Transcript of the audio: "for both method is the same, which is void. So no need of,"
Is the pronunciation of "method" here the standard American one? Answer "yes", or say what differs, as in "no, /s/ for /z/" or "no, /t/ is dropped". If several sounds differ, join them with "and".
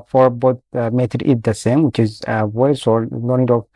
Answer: no, /t/ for /θ/